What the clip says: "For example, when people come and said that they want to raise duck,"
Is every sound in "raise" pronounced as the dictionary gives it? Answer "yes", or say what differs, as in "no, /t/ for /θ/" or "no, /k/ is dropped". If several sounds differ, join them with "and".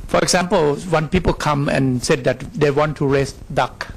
no, /s/ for /z/